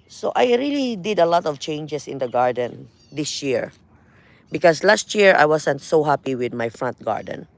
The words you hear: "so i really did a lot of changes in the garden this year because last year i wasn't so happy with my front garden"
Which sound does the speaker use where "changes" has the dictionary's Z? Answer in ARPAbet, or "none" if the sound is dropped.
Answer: S